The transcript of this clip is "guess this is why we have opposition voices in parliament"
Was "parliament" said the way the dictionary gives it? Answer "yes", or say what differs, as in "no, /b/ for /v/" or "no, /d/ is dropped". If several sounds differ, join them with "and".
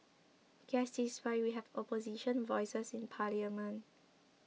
no, /t/ is dropped